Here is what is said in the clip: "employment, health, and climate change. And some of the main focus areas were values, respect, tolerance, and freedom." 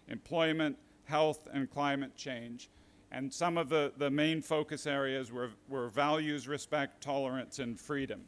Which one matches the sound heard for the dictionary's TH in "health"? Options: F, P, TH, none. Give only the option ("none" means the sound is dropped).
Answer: TH